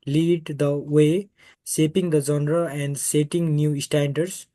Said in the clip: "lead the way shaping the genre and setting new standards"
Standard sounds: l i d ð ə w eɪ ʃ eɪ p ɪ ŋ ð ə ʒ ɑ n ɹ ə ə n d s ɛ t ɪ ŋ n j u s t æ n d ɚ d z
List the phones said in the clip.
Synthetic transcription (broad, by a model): l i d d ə w eɪ s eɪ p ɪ ŋ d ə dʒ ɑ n ɹ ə ə n d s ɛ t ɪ ŋ n j u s t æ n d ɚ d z